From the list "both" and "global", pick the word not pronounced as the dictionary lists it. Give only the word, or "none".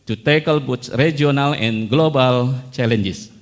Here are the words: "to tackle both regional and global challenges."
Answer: both